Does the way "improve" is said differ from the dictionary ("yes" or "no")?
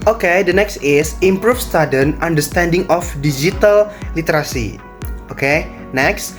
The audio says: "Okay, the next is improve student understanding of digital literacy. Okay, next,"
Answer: yes